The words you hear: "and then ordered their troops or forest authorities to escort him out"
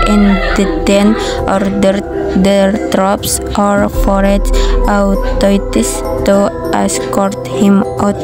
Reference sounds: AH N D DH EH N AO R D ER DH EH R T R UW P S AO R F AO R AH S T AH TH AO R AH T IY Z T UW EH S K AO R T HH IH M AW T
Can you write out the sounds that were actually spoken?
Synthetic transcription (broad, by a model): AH N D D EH N AO R D ER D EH R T R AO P S AO R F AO R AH T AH T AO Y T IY S T UW EH S K AO R T HH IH M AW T